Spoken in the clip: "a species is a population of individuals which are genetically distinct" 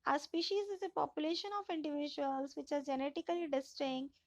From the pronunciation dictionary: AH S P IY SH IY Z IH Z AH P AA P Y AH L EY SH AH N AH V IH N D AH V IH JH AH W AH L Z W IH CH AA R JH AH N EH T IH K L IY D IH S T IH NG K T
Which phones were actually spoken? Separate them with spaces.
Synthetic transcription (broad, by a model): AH S P IY SH IY Z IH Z AH P AA P Y AH L EY SH AH N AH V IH N D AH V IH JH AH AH L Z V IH CH AA R JH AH N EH T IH K L IY D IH S T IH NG